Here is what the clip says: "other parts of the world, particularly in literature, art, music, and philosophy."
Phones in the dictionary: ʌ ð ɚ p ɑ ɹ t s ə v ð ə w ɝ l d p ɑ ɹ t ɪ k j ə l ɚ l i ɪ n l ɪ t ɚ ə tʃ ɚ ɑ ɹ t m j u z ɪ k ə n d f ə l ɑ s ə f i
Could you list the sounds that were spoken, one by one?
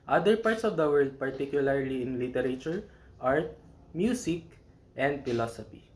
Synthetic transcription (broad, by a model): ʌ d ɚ p ɑ ɹ t s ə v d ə w ɝ l d p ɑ ɹ t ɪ k j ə l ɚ l i ɪ n l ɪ t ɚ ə tʃ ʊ ɑ ɹ t m j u s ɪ k ə n d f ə l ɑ s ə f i